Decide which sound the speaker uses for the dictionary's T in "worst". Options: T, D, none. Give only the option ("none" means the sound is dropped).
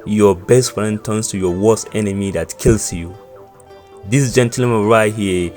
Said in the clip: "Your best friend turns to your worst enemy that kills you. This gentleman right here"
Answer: none